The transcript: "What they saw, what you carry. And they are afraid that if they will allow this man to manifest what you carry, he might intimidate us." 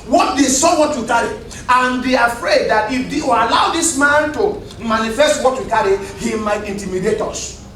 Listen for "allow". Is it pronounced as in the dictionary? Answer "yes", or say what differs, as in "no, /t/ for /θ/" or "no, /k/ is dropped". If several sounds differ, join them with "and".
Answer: no, /l/ is dropped